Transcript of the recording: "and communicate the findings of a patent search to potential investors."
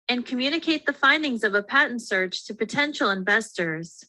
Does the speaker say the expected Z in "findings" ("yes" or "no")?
yes